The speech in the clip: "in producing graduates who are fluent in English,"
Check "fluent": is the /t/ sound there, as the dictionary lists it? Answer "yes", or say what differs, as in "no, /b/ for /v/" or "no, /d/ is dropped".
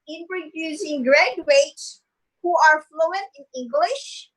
no, /t/ is dropped